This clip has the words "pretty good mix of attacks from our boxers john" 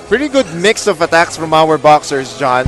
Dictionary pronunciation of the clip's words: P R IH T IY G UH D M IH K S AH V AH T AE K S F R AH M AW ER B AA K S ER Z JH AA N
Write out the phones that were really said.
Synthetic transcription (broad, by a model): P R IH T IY G UH D M IH K S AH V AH T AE K S F R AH M AW ER B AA K S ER S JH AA N